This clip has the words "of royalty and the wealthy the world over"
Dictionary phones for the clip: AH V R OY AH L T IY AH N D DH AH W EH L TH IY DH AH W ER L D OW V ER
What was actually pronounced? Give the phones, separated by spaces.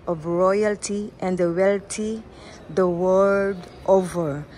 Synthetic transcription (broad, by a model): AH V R OY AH L T IY AH N D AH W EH L T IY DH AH W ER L D OW V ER